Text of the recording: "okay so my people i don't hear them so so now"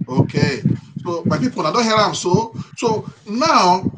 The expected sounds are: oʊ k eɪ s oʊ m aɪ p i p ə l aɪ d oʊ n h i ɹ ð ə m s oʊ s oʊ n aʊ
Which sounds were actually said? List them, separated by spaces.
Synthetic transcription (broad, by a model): oʊ k eɪ s oʊ m aɪ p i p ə n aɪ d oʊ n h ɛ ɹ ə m s oʊ s oʊ n aʊ